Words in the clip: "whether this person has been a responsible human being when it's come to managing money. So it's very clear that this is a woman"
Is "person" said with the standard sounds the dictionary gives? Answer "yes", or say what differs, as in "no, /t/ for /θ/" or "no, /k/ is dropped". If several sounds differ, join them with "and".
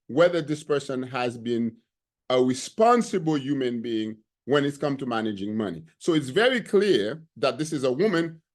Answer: yes